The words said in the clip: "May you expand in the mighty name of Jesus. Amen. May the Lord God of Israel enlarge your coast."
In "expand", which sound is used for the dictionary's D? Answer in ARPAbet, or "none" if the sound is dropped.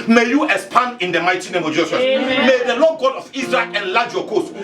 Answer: none